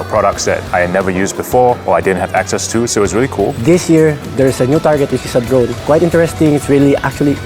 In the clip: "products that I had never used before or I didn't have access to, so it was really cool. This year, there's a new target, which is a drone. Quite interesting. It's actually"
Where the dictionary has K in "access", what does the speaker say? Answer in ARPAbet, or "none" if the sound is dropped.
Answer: K